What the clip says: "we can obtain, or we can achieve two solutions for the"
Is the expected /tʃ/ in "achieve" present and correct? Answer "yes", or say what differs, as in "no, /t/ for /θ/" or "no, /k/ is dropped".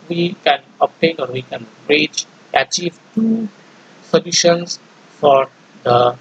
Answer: yes